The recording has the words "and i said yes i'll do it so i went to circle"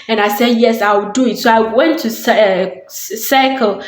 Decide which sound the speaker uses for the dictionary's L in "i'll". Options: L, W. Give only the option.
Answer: W